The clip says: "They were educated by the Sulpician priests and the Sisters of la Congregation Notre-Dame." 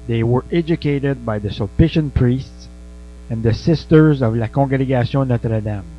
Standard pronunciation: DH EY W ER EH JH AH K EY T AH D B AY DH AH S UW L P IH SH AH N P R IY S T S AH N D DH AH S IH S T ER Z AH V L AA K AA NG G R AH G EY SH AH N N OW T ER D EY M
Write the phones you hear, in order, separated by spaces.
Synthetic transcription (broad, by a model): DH EY W ER EH JH AH K EY T AH D B AY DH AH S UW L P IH SH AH N P R IY S T S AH N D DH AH S IH S T ER Z AH V L AA K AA G R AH G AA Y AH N N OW T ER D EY M